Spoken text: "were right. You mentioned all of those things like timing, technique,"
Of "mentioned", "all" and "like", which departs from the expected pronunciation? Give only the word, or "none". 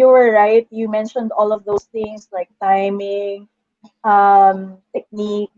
none